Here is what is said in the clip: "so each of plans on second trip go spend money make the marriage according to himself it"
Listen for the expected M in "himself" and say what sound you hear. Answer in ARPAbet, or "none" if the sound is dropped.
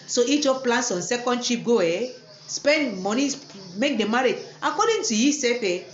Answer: none